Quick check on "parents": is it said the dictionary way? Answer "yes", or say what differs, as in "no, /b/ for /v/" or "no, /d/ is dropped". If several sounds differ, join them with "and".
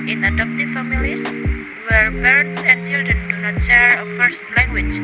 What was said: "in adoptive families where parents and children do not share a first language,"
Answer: no, /b/ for /p/